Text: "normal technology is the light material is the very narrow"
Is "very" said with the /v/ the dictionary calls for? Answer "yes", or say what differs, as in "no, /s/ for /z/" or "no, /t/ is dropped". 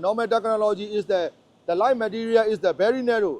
no, /b/ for /v/